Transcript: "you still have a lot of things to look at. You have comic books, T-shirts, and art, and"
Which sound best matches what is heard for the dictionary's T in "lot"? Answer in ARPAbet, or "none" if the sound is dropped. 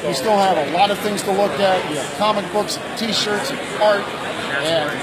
T